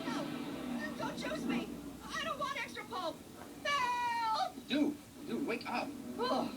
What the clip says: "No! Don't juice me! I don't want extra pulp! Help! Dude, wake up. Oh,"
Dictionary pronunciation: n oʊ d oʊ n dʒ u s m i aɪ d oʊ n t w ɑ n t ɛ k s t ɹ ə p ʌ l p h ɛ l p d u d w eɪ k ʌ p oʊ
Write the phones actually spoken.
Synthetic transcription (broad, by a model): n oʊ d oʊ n tʃ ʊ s m i aɪ d oʊ n t w ɑ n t ɛ k s t ɹ ə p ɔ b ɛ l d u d w eɪ k ʌ p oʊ